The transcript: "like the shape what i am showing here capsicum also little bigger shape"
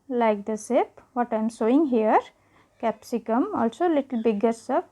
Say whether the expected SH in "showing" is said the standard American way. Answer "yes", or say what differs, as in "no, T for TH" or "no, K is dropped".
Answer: no, S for SH